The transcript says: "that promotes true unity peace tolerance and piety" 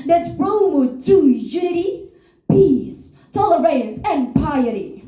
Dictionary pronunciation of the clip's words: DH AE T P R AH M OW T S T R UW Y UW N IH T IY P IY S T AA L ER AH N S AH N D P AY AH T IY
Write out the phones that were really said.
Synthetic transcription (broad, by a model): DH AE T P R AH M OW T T UW Y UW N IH T IY P IY S T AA L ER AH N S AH N P AY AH T IY